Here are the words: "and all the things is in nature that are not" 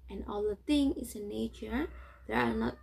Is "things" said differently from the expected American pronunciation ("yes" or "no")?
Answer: yes